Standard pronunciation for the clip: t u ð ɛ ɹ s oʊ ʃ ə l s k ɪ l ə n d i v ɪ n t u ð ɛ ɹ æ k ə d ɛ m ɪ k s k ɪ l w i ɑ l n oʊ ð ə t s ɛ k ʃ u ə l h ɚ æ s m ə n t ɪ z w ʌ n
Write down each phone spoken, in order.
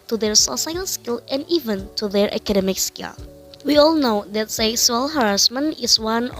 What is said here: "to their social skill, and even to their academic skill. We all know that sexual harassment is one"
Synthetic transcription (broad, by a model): t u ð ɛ ɹ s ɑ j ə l s k ɪ l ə n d i v ɪ n t u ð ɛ ɹ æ k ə d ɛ m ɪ k s k ɪ l w i ɑ l n oʊ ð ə t s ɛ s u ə l h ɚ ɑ s m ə n ɪ s w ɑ n